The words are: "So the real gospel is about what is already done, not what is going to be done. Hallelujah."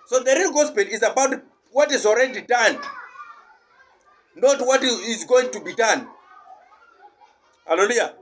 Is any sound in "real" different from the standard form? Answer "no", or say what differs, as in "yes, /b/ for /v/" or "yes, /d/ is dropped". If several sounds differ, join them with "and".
no